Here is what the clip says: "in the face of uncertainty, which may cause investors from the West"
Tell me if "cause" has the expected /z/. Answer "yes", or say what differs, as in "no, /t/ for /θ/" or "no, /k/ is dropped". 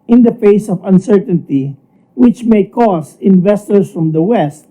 no, /s/ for /z/